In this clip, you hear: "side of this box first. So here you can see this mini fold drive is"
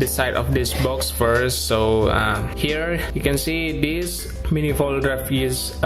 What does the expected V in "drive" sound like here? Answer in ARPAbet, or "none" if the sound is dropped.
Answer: F